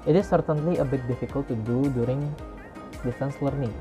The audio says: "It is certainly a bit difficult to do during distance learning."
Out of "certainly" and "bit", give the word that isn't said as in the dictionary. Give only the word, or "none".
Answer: none